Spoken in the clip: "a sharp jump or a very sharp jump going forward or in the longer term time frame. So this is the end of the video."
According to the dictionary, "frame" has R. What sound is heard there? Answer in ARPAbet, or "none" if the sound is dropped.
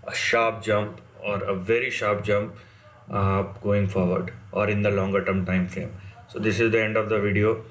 none